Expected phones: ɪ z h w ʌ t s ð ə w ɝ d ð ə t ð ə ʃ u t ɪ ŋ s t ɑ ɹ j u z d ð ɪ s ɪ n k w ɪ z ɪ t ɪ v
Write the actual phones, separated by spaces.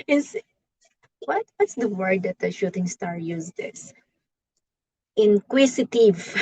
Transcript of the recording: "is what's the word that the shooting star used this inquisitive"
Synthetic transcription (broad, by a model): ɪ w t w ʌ t s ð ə w ɝ d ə t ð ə ʃ u t ɪ ŋ s t ɑ ɹ j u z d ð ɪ s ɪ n k w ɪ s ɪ t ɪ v